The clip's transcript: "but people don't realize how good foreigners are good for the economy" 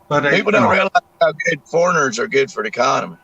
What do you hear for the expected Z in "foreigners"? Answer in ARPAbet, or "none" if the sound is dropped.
Z